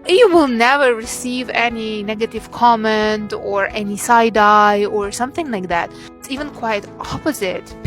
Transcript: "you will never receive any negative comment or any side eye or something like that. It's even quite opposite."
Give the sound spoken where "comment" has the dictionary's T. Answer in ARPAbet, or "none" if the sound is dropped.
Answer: T